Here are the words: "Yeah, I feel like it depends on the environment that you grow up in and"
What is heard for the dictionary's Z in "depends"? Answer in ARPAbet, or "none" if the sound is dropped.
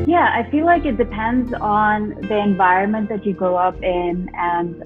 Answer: Z